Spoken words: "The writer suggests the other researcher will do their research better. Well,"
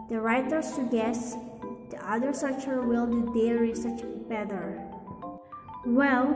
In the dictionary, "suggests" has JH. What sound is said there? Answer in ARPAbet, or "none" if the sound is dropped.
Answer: none